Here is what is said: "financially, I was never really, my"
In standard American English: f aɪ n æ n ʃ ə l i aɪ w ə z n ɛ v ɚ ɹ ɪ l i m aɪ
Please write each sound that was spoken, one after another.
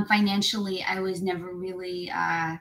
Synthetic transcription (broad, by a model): f aɪ n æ n ʃ l i aɪ w ə z n ɛ v ɚ ɹ ɪ l i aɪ